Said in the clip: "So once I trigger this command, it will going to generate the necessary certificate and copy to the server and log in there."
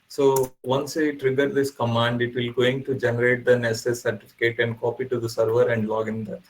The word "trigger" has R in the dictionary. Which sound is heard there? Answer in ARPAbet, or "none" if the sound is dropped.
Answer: R